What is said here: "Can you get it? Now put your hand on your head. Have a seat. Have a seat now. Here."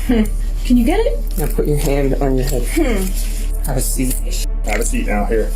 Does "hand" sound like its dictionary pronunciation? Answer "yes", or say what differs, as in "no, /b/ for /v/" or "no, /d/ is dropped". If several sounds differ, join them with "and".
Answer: yes